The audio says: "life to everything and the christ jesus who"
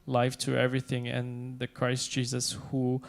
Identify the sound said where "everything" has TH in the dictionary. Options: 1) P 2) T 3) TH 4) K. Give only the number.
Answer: 3